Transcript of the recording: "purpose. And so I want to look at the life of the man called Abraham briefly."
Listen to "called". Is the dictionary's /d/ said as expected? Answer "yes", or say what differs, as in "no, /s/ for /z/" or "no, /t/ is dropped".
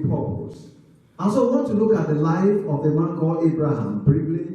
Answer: no, /d/ is dropped